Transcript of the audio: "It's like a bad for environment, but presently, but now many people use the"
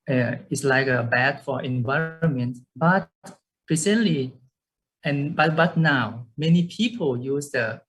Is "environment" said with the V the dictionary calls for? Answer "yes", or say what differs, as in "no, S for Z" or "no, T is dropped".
yes